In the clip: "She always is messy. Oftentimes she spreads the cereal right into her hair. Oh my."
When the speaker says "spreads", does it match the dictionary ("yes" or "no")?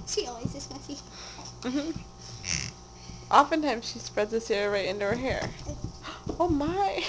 yes